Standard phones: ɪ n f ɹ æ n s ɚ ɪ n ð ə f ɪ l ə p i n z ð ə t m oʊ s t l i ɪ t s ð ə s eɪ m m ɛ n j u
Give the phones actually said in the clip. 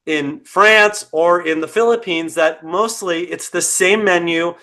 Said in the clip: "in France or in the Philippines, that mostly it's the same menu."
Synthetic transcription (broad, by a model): ɪ n f ɹ æ n s ɚ ɪ n ð ə f ɪ l ə p i n z ð ə t m oʊ s t l i ɪ t s ð ə s eɪ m m ɛ n j u